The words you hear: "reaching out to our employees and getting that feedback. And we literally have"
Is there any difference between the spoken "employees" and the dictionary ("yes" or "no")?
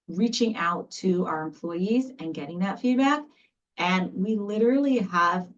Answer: no